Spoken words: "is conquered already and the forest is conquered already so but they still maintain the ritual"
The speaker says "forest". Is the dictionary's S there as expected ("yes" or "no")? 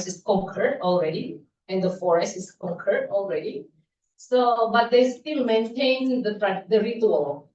yes